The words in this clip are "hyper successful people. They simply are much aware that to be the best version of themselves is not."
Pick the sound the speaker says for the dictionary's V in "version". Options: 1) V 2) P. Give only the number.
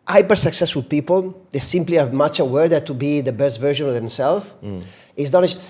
1